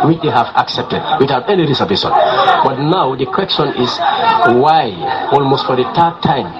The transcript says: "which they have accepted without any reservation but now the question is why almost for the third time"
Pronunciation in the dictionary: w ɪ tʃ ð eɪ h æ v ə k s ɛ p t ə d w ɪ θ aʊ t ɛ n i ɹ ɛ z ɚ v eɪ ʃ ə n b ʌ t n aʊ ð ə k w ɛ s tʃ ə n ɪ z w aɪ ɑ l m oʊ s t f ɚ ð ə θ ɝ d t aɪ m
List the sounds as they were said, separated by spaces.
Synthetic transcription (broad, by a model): w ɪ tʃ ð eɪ h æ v ə k s ɛ p t ə d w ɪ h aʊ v ɛ n i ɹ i s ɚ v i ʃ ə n b ʌ t n aʊ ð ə k w ɛ s tʃ ə n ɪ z w aɪ ɑ l m oʊ s t f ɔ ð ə t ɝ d t aɪ m